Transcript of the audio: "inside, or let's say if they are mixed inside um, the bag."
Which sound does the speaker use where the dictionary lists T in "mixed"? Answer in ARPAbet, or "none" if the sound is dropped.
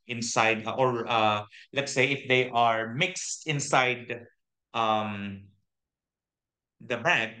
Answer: T